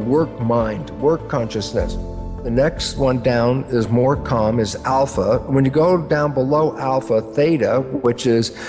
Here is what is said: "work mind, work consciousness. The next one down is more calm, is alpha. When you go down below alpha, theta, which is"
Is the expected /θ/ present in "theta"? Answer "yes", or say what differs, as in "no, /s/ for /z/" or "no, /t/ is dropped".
yes